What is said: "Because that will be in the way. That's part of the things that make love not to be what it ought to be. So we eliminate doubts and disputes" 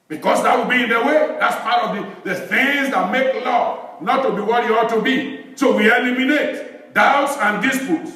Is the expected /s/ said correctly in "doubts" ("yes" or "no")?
yes